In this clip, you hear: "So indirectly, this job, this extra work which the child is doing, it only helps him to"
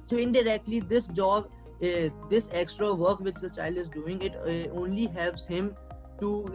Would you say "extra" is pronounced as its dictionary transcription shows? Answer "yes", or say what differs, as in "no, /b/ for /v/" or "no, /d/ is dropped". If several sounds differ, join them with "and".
yes